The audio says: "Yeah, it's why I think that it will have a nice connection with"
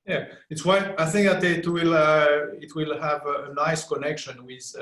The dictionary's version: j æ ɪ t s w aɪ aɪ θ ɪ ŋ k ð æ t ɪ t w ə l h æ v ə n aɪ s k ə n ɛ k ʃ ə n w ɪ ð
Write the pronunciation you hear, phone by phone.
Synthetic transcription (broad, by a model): j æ ɪ t s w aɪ aɪ θ ɪ ŋ k ð æ t ɪ t w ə l h æ v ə n aɪ s k ə n ɛ k ʃ ə n w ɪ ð